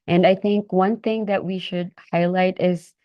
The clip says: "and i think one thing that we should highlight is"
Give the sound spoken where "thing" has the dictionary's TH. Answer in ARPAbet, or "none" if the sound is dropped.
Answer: TH